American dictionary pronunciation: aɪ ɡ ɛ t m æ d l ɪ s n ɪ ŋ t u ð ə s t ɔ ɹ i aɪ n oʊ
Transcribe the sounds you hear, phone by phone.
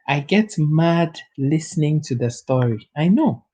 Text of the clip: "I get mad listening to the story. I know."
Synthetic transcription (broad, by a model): aɪ ɡ ɛ t m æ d l ɪ s n ɪ ŋ t u ð ə s t ɔ ɹ i aɪ n oʊ